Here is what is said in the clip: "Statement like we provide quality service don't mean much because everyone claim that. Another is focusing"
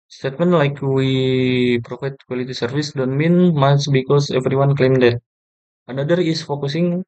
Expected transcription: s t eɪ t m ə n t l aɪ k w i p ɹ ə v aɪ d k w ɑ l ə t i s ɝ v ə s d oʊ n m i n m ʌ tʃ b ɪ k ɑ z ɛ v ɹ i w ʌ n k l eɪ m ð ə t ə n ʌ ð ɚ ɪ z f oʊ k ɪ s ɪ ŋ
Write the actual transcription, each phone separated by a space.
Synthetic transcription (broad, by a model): s t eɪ t m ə n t l aɪ k w i p ɹ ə f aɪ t k w ɑ l ə t i s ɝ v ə s d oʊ n m i n m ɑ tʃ b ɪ k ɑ s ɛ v ɹ i w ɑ n k l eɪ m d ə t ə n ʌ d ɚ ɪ s f oʊ k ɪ s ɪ ŋ